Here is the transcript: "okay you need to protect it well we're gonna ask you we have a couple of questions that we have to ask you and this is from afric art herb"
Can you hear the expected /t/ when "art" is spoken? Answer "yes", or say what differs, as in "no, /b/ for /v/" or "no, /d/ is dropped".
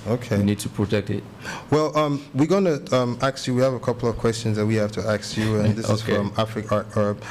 no, /t/ is dropped